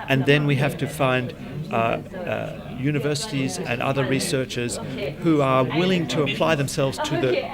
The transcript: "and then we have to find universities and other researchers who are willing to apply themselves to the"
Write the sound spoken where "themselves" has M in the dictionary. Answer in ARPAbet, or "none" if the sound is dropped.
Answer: M